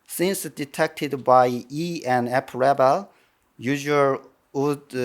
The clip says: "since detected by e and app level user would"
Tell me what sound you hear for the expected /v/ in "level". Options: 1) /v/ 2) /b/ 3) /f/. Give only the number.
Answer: 2